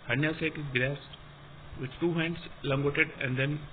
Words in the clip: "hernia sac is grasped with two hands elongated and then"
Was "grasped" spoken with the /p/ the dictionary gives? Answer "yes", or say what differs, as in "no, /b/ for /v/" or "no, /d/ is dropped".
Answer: no, /p/ is dropped